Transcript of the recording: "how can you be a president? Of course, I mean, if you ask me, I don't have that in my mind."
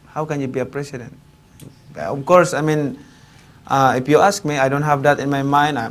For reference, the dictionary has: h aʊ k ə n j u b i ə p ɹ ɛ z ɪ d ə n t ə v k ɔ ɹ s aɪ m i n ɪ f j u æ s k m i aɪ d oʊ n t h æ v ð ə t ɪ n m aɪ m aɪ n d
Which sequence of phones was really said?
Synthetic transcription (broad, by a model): h aʊ k ə n j u b i ə p ɹ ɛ s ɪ d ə n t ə f k ɔ ɹ s aɪ m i n ɪ f j u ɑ s k m i aɪ d oʊ n t h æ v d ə t ɪ n m aɪ m aɪ n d